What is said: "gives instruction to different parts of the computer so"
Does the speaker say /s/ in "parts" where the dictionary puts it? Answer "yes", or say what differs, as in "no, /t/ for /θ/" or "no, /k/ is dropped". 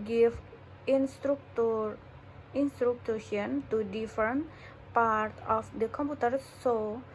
no, /s/ is dropped